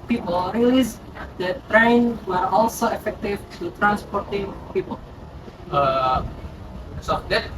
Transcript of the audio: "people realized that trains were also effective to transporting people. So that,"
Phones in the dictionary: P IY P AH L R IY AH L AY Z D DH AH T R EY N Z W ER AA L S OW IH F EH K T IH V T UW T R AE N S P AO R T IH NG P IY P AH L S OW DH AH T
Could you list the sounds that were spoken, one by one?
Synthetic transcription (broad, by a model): P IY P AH L R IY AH L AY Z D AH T R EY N W ER AA L S OW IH F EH K T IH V T UW T R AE N S P AO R T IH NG P IY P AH L S OW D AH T